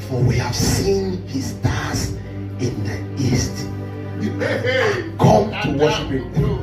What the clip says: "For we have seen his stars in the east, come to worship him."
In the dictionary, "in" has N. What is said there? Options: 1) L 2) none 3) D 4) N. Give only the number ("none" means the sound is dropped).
4